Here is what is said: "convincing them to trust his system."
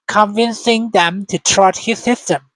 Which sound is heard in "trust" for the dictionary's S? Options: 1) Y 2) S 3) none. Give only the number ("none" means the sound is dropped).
3